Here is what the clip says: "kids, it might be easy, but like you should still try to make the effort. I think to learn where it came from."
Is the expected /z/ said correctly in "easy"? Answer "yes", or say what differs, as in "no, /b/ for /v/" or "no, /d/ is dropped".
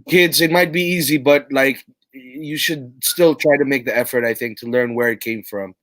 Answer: yes